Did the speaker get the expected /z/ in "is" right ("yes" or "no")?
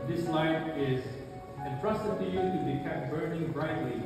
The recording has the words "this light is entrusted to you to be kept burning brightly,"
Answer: yes